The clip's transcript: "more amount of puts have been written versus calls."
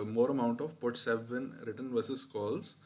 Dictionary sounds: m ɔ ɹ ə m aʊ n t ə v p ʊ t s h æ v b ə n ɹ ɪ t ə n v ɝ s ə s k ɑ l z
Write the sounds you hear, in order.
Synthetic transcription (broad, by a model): m ɔ ɹ ə m aʊ n t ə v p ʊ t s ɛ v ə n ɹ ɪ t ə n v ɝ s ə s k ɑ l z